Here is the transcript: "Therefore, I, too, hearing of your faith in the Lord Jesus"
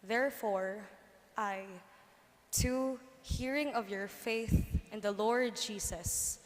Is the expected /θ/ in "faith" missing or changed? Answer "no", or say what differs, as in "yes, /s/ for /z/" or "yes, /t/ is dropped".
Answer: no